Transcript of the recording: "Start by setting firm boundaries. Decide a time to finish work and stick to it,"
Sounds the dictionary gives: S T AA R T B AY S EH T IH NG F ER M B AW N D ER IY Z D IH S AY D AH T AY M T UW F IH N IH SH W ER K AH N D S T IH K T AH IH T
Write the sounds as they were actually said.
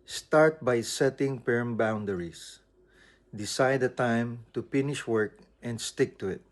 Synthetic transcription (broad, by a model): S T AA R T B AY S EH T IH NG P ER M B AW N D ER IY S D IH S AY D AH T AY M T UW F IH N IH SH W ER K AH N D S T IH K T AH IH T